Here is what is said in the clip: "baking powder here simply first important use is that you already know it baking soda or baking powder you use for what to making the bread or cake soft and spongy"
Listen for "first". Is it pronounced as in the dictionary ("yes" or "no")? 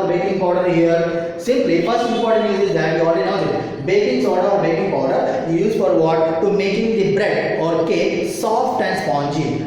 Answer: no